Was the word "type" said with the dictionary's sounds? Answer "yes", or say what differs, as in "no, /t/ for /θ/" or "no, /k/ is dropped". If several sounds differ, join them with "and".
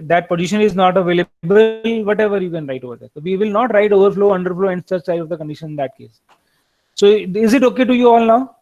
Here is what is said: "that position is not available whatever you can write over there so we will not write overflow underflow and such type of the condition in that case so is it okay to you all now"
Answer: no, /s/ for /t/